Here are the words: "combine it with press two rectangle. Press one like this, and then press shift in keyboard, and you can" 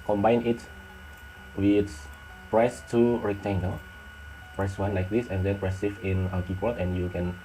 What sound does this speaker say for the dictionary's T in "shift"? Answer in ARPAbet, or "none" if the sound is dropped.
none